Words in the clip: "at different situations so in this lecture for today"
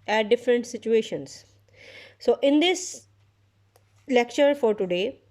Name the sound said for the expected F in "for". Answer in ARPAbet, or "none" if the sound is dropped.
F